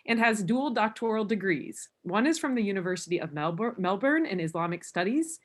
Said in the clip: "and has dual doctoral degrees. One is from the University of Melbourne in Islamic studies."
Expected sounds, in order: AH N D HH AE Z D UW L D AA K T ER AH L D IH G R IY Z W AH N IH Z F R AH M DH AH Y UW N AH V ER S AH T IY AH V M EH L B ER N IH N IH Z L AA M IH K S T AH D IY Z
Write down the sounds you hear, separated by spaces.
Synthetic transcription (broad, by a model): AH N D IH Z D UW L D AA K T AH L D IH G R IY Z W AH N IH Z F R AH M DH AH Y UW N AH V ER S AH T IY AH V M EH L B ER N IH N IH Z L AA M IH K S T AH D IY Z